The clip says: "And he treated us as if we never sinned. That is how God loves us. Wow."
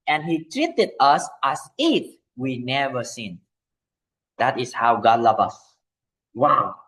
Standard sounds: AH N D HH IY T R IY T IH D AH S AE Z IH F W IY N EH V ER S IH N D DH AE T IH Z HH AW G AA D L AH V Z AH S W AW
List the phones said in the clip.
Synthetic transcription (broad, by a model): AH N HH IY T R IY T IH D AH S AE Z IH F W IY N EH V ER S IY N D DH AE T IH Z HH AW G AA D L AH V AH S W AW